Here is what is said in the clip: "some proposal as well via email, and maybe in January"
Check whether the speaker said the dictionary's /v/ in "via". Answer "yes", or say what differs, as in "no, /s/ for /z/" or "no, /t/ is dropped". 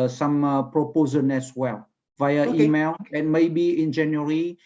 yes